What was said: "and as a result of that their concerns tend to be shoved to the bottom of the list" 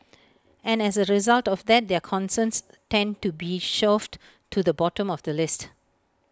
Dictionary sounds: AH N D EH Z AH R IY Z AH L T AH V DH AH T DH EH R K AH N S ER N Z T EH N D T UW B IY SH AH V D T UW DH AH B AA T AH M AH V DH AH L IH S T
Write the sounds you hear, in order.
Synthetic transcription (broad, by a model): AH N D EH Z AH R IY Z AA L T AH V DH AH T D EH K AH N S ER N S T EH N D T UW B IY SH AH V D T UW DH AH B AA T AH M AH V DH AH L IH S T